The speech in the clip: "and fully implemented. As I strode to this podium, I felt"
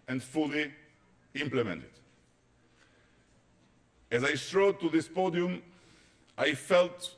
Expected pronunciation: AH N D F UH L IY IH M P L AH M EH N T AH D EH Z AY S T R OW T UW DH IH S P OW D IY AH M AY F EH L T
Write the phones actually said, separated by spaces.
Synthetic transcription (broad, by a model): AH N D F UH L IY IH M P L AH M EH N T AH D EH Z AY S T R OW T UW DH IH S P OW D IY AH M AY F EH L T